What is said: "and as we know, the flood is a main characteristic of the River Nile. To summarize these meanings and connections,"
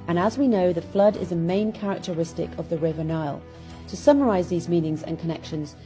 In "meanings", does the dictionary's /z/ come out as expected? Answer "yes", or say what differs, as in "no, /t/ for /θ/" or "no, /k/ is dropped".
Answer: yes